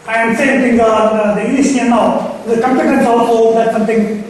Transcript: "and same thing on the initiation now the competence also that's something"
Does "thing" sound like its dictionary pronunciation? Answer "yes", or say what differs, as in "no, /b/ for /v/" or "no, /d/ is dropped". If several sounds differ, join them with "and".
no, /t/ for /θ/